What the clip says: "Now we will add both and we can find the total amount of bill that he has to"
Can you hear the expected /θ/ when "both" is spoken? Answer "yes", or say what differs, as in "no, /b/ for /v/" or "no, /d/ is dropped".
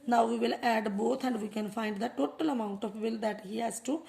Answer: no, /t/ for /θ/